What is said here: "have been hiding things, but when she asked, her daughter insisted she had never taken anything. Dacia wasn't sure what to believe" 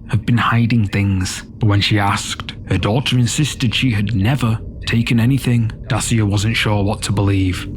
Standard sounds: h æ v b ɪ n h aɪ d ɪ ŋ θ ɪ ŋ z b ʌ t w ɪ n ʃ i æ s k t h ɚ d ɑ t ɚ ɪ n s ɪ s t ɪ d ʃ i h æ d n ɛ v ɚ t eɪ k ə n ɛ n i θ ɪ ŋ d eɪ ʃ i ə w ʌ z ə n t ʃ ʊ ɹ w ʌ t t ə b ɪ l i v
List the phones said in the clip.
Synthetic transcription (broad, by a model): h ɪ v b ɪ n h aɪ d ɪ ŋ θ ɪ ŋ z b ʌ t w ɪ n ʃ i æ s k t h ɚ d ɑ t ɚ ɪ n s ɪ s t ɪ d ʃ i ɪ d n ɛ v ɚ t eɪ k ə n ɛ n i θ ɪ ŋ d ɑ s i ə w ʌ z ə n t ʃ ʊ ɹ w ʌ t t ə b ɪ l i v